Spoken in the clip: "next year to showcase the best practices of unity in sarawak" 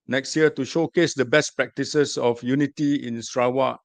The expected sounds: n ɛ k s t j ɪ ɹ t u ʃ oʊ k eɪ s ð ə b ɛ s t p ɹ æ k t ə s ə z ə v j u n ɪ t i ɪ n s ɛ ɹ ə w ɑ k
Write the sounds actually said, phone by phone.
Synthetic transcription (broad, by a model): n ɛ k s t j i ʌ t u ʃ oʊ k eɪ s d ə b ɛ s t p ɹ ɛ k t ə s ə s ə f j u n ɪ t i ɪ n s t ɹ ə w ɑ